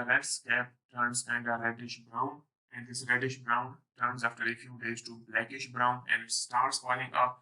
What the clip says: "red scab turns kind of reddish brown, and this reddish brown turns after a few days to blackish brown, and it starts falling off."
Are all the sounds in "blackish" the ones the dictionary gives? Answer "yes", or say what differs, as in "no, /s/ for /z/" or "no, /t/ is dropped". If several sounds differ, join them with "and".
yes